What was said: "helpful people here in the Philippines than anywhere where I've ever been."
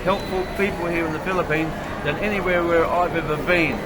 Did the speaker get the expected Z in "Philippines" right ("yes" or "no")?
yes